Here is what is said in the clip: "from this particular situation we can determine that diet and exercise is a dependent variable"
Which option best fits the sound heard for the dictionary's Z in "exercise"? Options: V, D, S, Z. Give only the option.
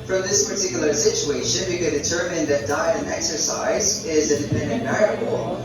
Z